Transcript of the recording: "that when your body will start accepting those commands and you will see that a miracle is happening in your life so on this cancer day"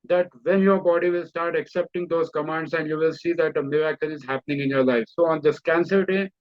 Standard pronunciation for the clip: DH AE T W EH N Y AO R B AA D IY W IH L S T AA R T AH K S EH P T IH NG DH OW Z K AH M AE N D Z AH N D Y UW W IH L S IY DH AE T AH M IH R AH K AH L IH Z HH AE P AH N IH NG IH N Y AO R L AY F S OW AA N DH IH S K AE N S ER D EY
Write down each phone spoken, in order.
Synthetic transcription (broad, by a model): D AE T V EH N Y AO R B AA D IY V IH L S T AA R T AH K S EH P T IH NG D OW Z K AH M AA N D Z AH N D Y UW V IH L S IY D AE T AH M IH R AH K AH N IH Z HH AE P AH N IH NG IH N Y AO R L AY F S OW AA N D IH S K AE N S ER D EY